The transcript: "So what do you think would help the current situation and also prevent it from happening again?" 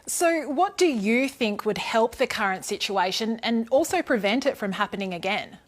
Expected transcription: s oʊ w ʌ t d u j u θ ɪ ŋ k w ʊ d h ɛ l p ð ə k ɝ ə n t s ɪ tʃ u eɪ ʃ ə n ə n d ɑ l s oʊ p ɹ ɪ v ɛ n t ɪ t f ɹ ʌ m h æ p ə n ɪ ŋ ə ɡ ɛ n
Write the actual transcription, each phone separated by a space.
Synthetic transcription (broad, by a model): s oʊ w ʌ t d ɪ j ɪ θ ɪ ŋ k w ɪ d h ɛ l p ð ə k ɝ ə n t s ɪ tʃ u eɪ ʃ ə n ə n ɑ l s oʊ p ɹ ɪ v ɛ n t ɪ t f ɹ ʌ m h æ p ə n ɪ ŋ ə ɡ ɛ n